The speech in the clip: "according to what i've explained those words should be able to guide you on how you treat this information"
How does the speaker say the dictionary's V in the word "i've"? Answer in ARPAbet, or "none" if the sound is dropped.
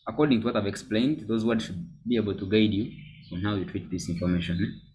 V